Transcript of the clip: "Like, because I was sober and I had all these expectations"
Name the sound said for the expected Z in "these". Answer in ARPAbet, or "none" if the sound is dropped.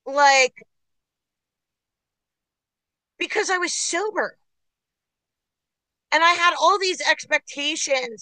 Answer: Z